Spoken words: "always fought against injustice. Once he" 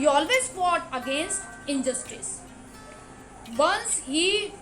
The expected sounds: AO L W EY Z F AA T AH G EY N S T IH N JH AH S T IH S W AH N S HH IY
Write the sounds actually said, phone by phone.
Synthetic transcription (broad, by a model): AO L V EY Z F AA T AH G EY N S T IH N JH AH S T IH S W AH N S HH IY